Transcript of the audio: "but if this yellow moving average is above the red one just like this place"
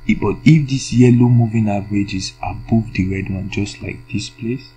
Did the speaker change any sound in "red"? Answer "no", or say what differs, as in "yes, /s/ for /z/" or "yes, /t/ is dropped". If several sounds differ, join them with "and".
no